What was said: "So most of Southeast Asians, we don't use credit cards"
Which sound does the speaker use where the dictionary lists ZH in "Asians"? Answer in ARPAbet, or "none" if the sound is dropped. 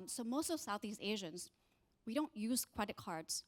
ZH